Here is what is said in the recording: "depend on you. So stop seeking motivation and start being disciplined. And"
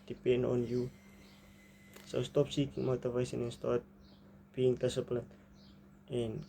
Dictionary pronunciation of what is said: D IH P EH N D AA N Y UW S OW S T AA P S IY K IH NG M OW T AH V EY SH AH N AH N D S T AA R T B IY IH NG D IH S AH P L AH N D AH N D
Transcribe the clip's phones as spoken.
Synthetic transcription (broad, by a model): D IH P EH N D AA N Y UW S OW S T AA P S IY K IH NG M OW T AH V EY S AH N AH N S T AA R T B IY NG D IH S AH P L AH N AH N